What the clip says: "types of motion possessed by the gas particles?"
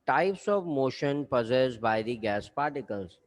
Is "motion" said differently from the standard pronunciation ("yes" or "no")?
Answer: no